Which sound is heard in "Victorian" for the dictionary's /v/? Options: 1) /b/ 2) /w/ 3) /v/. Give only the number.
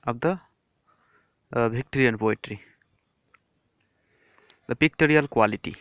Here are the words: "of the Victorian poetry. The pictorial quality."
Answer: 1